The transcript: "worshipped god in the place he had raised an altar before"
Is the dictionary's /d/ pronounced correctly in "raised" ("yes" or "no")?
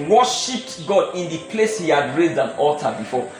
yes